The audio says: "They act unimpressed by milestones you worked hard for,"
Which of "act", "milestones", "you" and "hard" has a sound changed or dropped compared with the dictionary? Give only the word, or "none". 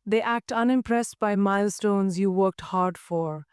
none